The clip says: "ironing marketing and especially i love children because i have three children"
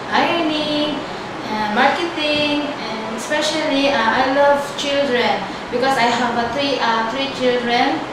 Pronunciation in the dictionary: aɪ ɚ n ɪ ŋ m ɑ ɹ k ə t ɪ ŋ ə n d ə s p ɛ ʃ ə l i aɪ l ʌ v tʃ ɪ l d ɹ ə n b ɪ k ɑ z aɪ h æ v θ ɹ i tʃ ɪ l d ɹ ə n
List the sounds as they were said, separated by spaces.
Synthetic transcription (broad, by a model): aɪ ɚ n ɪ m ɑ ɹ k ə t ɪ ŋ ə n ə s p ɛ ʃ ə l i aɪ l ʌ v tʃ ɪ l d ɹ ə n b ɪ k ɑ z aɪ h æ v t ɹ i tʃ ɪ l d ɹ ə n